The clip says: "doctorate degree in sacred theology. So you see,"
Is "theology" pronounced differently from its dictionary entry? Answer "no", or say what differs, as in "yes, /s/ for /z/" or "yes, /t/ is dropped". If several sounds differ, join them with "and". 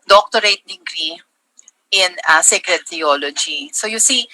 yes, /t/ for /θ/